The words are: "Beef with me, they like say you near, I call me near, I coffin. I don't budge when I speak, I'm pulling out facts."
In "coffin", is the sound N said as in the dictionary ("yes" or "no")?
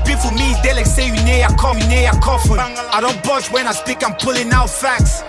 no